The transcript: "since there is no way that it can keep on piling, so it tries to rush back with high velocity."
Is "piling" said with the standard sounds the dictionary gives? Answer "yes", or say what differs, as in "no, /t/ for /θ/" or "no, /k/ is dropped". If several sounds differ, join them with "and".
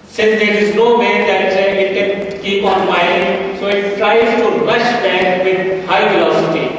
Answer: no, /l/ is dropped